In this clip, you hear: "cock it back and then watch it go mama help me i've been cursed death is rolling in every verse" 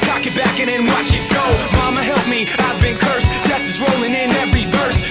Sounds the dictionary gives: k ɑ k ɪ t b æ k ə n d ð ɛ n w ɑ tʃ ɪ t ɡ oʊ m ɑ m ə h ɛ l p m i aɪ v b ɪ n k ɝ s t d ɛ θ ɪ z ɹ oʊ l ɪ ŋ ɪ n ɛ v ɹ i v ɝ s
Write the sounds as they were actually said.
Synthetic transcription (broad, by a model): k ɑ k ɪ t b æ k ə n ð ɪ n w ɑ tʃ ɪ t ɡ oʊ m ɑ m ə h ɛ l p m i aɪ v b ɪ n k ɝ s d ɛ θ ɪ z ɹ oʊ l ɪ ŋ ɪ n ɛ v ɹ i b ɝ s